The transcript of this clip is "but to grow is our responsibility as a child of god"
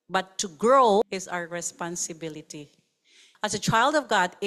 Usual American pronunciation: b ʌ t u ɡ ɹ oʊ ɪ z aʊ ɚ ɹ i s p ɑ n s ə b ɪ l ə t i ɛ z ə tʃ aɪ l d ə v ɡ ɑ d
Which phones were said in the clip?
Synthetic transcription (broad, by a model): b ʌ t u ɡ ɹ oʊ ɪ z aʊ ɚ ɹ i s p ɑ n s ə b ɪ l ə t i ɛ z ə tʃ aɪ l d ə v ɡ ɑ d